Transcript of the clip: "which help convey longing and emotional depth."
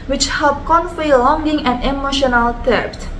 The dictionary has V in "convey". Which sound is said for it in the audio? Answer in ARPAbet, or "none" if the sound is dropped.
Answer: F